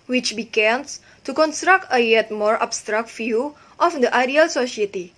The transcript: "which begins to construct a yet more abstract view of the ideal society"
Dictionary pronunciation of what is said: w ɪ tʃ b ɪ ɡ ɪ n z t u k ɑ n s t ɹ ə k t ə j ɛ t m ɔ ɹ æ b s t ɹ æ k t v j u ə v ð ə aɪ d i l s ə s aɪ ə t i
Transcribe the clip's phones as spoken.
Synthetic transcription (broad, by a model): w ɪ tʃ b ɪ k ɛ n s t u k ɑ n s t ɹ ə k t ə j ɛ t m ɔ ɹ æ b s t ɹ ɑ k t f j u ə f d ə aɪ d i l s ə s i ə t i